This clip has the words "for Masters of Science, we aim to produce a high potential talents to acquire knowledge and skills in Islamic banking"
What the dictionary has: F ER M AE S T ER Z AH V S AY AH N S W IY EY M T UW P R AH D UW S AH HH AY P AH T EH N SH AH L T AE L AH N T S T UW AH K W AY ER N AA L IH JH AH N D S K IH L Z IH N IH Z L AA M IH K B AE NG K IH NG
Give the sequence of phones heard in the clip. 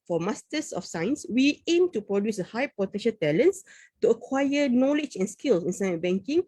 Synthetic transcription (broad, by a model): F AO M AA S T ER S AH F S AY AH N S W IY EY M T UW P R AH D UW S AH HH AY P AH T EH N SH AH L T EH L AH N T S T UW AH K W AY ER N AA L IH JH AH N S K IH L S IH N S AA IH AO B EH NG K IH NG